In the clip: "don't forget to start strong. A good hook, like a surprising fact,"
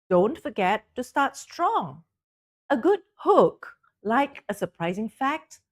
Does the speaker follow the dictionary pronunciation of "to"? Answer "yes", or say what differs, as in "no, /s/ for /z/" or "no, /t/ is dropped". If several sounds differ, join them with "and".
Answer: yes